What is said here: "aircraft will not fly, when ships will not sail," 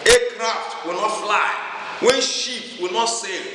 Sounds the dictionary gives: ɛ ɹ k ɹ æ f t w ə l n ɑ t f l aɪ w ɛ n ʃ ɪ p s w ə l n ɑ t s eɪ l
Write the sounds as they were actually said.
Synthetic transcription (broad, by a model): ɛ k ɹ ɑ f t w ə l n ɑ t f l aɪ w ɛ n ʃ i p w ə l n ɑ t s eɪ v